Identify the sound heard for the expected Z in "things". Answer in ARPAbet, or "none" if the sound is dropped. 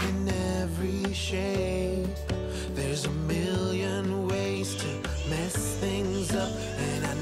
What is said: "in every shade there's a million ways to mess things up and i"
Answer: Z